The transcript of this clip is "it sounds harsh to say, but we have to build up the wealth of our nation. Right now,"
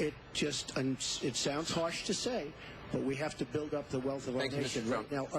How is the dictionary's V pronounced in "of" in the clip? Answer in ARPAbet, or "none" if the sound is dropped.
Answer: V